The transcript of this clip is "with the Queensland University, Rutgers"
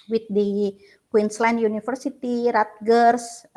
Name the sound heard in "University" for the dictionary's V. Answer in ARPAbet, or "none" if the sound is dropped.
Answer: F